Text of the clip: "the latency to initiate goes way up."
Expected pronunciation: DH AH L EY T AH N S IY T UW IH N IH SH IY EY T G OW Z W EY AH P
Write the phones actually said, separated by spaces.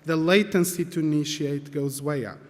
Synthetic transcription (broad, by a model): DH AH L EY T AH N S IY T UW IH N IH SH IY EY T G OW Z W EY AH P